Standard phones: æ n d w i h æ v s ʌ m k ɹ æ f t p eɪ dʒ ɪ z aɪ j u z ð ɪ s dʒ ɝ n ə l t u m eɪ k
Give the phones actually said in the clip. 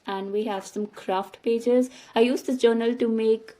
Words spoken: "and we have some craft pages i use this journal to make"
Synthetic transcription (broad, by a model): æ n d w i h æ v s ʌ m k ɹ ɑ f t p eɪ dʒ ɪ z aɪ j u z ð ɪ dʒ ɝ n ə l t u m eɪ k